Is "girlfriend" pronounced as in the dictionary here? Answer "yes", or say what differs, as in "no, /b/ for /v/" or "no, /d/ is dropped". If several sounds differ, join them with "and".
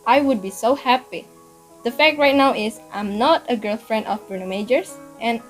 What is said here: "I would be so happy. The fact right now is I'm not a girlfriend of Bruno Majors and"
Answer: yes